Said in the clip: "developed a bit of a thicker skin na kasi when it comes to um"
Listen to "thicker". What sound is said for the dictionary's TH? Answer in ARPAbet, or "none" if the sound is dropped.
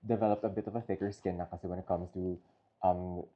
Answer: F